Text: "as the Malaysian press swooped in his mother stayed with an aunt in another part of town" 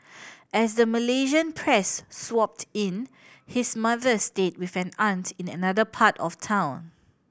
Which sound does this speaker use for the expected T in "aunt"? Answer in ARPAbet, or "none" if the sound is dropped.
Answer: T